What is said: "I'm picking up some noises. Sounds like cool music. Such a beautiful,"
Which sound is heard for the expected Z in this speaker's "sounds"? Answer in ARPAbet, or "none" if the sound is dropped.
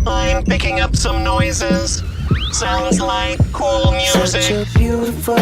Z